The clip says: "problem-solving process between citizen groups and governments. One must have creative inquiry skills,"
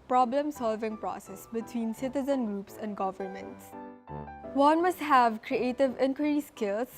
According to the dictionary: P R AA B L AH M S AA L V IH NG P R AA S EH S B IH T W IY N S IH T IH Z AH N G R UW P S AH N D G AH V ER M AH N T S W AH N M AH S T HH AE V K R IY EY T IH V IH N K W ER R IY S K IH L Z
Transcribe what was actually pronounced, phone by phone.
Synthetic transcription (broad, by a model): P R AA B L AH M S AA L V IH NG P R AA S EH S B IH T W IY N S IH T IH Z AH N G R UW P S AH N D G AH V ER M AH N T S W AH N M AH S T HH AE V K R IY EY T IH V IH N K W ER R IY S K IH L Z